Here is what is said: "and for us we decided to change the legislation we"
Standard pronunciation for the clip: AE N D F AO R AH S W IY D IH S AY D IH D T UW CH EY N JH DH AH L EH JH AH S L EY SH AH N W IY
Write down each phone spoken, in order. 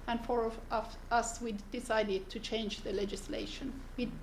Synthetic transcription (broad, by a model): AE N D F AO R AH S W IY D IH S AY D IH D T UW CH EY N JH DH AH L EH JH AH S L EY SH AH N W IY